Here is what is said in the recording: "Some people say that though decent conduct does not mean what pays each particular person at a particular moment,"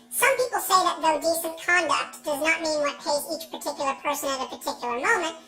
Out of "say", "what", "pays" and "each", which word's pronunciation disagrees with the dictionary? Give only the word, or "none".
none